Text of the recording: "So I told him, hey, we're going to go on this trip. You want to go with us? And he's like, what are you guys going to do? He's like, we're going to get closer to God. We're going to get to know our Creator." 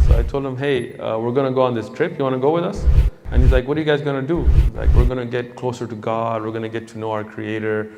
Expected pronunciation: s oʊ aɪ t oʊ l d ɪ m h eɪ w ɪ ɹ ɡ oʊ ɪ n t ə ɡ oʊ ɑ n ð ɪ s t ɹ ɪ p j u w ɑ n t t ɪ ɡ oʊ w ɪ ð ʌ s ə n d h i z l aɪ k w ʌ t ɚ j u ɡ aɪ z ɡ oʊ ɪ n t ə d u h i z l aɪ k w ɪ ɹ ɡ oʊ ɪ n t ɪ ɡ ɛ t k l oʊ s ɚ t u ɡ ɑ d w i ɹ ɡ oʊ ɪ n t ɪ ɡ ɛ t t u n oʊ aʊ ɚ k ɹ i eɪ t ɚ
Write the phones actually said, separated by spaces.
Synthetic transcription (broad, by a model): s oʊ aɪ t oʊ l d ɪ m h eɪ w ɪ ɹ ɡ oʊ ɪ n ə ɡ oʊ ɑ n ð ɪ s t ɹ ɪ p j u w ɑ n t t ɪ ɡ oʊ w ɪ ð ʌ s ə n h i z l aɪ k w ʌ t ɚ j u ɡ aɪ z ɡ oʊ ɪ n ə d u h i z l aɪ k w ɪ ɹ ɡ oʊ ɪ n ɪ ɡ ɛ t k l oʊ s ɚ t u ɡ ɑ d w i ɹ ɡ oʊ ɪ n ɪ ɡ ɛ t t u n oʊ aʊ ɚ k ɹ i eɪ t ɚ